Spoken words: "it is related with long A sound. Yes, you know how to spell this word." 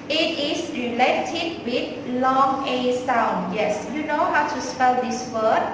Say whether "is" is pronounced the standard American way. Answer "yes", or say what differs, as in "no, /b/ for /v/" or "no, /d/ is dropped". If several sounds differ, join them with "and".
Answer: no, /s/ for /z/